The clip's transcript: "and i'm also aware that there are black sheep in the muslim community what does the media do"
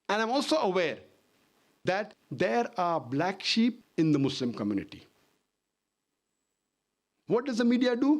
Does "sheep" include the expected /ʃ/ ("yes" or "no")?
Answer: yes